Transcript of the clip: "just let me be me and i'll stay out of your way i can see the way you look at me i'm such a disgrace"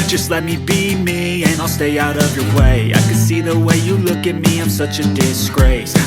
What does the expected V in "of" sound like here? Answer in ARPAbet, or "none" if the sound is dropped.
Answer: V